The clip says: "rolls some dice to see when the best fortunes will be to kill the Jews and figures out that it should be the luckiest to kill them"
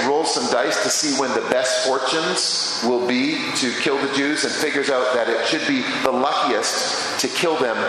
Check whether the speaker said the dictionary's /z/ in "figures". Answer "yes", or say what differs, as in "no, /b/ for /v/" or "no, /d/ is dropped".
yes